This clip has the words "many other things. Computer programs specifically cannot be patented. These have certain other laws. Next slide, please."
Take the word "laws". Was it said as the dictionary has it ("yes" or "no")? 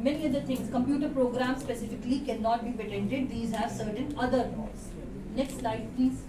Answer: no